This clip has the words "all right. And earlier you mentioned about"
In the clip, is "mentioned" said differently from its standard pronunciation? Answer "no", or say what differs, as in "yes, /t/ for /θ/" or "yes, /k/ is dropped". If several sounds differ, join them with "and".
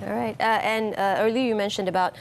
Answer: no